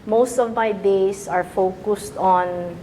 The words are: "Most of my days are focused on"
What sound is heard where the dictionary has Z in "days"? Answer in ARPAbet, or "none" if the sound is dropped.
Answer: S